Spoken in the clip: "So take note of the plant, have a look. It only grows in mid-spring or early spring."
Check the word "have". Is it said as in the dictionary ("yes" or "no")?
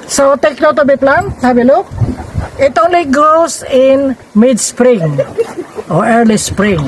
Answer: no